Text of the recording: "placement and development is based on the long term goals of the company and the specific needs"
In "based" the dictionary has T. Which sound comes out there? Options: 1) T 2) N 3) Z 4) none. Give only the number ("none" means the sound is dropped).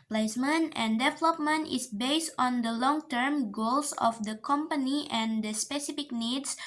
1